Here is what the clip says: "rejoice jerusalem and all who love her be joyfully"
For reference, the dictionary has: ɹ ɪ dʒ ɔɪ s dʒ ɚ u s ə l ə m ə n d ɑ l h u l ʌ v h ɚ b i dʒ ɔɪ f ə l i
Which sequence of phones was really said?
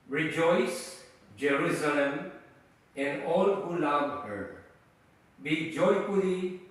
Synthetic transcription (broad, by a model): ɹ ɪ dʒ ɔɪ s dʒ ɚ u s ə l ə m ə n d ɑ l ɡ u l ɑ b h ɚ b i dʒ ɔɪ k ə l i